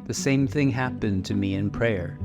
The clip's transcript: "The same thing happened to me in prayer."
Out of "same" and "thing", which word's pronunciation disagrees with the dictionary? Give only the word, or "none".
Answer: none